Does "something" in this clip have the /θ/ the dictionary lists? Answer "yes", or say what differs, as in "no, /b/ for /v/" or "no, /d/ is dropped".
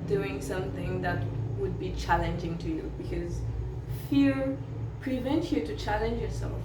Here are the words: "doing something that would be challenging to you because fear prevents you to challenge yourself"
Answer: yes